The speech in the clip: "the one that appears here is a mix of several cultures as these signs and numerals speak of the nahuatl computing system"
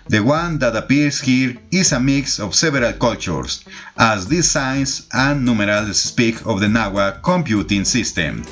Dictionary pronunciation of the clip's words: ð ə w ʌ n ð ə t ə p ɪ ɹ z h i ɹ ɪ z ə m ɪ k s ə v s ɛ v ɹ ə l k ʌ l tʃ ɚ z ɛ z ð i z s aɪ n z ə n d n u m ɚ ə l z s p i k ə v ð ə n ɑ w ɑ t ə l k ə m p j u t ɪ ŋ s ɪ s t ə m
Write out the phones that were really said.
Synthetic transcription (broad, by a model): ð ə w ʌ n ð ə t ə p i ɹ s h i ɹ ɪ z ə m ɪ k s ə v s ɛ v ɹ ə l k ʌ l tʃ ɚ s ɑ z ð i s aɪ n s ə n n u m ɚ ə l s s p i k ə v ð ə n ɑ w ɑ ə k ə m p j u t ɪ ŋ s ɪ s t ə m